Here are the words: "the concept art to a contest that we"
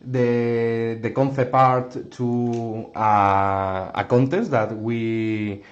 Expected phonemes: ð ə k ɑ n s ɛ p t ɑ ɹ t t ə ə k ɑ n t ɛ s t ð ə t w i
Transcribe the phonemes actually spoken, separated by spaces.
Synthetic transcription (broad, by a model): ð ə k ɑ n θ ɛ p ɑ ɹ t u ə ə k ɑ n t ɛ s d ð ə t w i